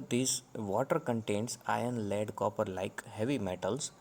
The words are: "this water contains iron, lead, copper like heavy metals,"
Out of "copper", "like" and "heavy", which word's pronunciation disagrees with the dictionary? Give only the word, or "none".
none